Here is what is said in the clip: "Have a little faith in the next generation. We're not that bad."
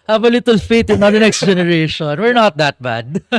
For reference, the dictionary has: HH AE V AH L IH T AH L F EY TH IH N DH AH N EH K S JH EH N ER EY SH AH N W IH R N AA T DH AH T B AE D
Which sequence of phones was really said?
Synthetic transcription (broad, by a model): HH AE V AH L IH T AH L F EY T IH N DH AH N EH K S JH EH N ER EY SH AH N W IH R N AA T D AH T B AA D